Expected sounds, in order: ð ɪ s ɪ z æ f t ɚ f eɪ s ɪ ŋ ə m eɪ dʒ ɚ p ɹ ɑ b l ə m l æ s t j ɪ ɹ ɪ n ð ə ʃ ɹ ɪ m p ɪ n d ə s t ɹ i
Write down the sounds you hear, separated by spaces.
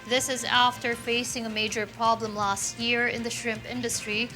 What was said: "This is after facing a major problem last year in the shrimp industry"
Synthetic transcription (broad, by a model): ð ɪ s ɪ z æ f t ɚ f eɪ s ɪ ŋ ə m eɪ dʒ ɚ p ɹ ɑ b l ə m l æ s t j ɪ ɹ ɪ n ð ə ʃ ɹ ɪ m p ɪ n d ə s t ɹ i